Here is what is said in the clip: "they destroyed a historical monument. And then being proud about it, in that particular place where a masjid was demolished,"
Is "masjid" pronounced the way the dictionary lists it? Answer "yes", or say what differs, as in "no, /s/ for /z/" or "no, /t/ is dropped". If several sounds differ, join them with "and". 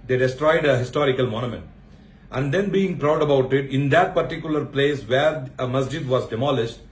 yes